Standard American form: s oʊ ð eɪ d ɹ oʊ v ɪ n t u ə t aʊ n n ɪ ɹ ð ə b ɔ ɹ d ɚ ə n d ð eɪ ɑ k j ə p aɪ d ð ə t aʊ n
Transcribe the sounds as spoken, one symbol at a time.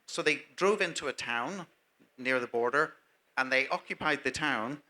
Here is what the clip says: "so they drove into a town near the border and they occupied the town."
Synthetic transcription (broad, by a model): s oʊ ð eɪ d ɹ oʊ v ɪ n t u ə t aʊ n n ɪ ɹ ð ə b ɔ ɹ d ɚ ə n ð eɪ ɑ k j ə p aɪ d ð ə t aʊ n